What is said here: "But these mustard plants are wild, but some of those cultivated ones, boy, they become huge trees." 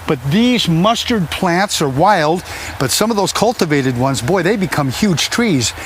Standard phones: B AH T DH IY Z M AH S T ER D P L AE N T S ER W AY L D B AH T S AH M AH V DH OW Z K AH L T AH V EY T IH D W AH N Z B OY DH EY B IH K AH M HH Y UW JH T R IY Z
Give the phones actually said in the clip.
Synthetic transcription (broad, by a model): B AH T DH IY Z M AH S T ER D P L AE N T S ER W AY L D B AH T S AH M AH V DH OW Z K AH L T AH V EY T IH D W AH N Z B OY DH EY B IH K AH M HH Y UW JH T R IY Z